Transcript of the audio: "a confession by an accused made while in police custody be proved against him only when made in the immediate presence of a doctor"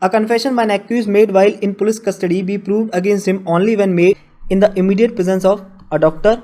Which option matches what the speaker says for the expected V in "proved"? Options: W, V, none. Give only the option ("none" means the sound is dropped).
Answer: V